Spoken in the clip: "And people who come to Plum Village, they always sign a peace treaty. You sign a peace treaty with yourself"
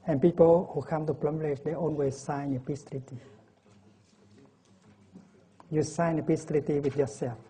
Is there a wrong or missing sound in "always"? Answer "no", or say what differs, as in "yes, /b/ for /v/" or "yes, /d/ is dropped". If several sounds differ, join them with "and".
yes, /n/ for /l/